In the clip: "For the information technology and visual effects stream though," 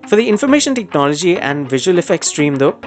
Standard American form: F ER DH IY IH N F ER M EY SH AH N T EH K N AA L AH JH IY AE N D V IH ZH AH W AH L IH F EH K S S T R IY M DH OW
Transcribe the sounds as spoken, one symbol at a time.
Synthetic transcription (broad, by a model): F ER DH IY IH N F ER M EY SH AH N T EH K N AA L AH JH IY AE N D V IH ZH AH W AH L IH F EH K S S T R IY M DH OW